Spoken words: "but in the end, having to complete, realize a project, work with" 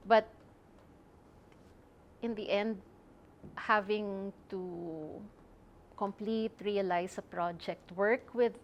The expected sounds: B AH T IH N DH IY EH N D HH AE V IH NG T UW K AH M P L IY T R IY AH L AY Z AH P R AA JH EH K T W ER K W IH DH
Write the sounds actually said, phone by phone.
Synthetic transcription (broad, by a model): B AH T IH N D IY EH N D HH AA V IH NG T UW K AH M P L IY T R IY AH L AY S AH P R AA JH EH K T W ER K W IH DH